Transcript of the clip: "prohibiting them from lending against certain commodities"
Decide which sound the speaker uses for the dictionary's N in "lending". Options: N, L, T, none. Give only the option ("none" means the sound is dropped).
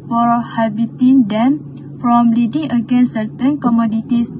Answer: none